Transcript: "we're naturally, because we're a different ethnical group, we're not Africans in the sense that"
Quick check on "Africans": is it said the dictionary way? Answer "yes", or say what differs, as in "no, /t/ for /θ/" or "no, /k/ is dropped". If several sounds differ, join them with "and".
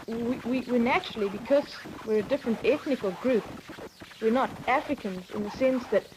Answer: yes